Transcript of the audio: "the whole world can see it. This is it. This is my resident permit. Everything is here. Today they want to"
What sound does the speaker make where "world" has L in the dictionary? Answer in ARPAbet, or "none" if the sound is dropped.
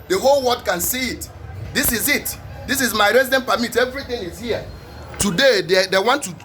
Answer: none